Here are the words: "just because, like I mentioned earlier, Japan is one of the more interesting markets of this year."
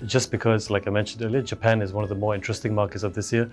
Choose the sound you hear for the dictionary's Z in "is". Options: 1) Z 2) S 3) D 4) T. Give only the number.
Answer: 1